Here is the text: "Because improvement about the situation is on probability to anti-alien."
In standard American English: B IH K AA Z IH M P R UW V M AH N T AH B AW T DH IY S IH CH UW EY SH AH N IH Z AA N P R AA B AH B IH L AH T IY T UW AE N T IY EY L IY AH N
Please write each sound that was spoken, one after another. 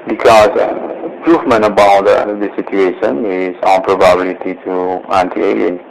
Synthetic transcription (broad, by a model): B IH K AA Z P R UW F M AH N AH B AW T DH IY S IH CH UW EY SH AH N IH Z AA N P R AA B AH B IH L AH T IY T UW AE N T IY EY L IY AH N